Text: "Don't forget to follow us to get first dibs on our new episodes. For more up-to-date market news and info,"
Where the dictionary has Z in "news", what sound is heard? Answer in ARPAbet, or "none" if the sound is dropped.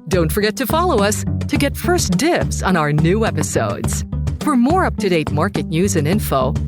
Z